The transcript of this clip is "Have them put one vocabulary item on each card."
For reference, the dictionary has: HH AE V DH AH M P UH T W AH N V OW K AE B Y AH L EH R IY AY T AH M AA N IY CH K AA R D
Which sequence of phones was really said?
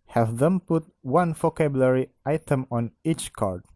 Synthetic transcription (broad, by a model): HH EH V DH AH M P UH T W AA N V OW K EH B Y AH L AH R IY AY T AH M AA N IY CH K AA R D